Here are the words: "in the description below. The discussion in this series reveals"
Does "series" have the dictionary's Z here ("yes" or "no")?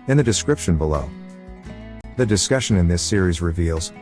yes